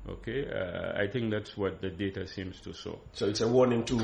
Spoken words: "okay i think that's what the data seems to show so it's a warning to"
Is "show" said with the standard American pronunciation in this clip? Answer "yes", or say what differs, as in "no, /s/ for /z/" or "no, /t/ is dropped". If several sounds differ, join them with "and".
no, /s/ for /ʃ/